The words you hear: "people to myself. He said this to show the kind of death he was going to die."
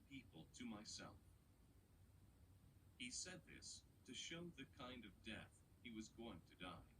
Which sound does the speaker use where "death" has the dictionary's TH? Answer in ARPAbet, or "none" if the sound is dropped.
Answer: TH